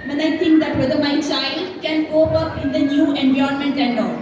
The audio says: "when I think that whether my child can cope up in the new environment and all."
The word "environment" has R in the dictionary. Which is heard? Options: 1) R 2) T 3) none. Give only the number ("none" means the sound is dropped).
3